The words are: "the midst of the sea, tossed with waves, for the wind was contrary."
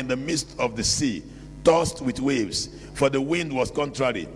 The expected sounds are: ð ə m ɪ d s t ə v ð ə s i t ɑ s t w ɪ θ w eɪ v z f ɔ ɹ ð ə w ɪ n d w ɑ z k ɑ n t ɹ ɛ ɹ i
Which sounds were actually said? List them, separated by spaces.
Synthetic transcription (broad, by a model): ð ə m ɪ d s t ə v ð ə s i t ɑ s t w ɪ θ w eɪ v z f ɔ ɹ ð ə w ɪ n d w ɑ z k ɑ n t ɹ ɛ ɹ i